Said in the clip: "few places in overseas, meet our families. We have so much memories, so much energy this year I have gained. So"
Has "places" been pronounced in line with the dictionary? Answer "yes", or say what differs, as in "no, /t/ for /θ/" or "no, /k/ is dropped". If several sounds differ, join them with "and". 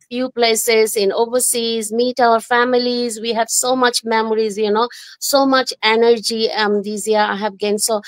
yes